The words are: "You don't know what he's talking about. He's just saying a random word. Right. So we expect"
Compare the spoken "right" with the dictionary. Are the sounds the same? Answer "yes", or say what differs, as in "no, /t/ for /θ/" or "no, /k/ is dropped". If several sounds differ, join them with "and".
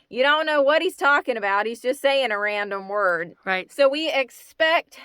yes